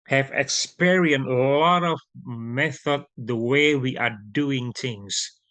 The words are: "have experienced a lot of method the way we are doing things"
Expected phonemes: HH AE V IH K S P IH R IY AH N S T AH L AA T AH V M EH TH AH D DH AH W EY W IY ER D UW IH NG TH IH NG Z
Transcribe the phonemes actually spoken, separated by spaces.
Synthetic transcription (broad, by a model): HH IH V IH K S P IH R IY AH N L L AA T AH V M EH TH AH D DH AH W EY W IY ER D UW IH NG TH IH NG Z